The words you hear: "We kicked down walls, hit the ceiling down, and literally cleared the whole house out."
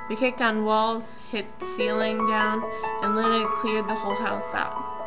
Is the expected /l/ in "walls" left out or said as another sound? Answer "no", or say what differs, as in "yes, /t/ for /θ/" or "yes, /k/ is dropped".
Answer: no